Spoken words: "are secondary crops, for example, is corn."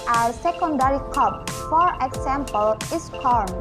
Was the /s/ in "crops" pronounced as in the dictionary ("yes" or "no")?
no